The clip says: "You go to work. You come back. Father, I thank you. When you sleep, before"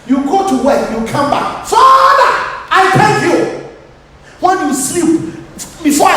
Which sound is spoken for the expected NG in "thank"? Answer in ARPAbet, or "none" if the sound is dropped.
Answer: none